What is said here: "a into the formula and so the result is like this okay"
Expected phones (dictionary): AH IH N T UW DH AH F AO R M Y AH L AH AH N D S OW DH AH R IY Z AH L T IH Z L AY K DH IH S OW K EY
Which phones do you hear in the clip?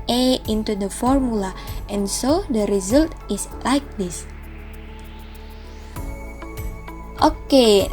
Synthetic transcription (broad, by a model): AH IH N T UW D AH F AO R M Y AH L AH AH N S OW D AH R IY Z AH L T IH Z L AY K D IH S OW K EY